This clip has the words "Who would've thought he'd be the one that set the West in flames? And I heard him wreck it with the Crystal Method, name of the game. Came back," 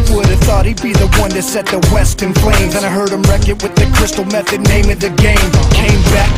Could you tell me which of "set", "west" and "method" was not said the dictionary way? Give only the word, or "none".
none